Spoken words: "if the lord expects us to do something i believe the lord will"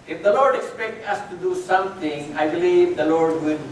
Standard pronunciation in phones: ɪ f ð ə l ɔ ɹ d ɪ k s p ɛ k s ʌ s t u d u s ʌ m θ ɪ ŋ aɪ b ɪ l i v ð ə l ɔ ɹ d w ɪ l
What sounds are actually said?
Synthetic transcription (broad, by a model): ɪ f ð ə l ɔ ɹ d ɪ k s p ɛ k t ʌ s t u d u s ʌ m t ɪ ŋ aɪ b ɪ l i v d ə l ɔ ɹ d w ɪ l